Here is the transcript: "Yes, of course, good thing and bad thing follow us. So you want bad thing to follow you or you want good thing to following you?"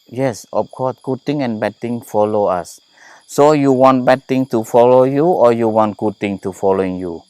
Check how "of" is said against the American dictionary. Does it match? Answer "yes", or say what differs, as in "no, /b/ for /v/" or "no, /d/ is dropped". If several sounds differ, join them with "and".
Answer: no, /f/ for /v/